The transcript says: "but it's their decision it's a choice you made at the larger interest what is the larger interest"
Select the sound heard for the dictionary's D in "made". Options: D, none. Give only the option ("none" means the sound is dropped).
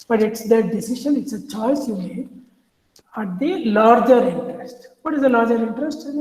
none